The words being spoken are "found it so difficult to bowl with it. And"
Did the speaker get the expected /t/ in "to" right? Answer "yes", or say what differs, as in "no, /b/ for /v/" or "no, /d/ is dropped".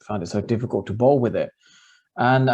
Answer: yes